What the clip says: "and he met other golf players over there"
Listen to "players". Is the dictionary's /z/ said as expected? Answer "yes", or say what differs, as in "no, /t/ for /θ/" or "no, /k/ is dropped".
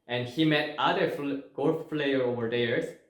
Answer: no, /z/ is dropped